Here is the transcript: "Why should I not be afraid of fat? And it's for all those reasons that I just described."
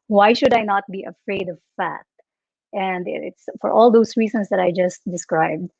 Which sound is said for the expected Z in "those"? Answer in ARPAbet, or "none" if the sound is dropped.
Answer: S